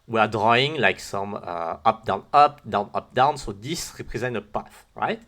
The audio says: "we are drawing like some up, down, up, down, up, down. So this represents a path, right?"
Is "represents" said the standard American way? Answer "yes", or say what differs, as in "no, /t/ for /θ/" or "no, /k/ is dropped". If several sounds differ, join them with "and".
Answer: no, /s/ is dropped